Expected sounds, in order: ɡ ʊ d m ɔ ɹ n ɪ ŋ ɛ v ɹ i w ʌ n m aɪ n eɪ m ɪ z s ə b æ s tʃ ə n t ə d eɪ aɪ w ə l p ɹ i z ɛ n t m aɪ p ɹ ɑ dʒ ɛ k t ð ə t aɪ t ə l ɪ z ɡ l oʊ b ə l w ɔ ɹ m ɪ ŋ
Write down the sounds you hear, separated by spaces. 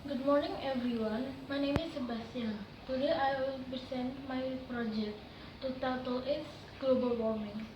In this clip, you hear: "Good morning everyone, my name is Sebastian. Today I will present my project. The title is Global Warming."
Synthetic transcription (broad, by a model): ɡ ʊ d m ɔ ɹ n ɪ ŋ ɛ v ɹ i w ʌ n m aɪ n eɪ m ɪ s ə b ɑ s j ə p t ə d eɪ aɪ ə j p i s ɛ n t m aɪ p ɹ ɑ dʒ ɛ k t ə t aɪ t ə l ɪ s ɡ l oʊ b ə l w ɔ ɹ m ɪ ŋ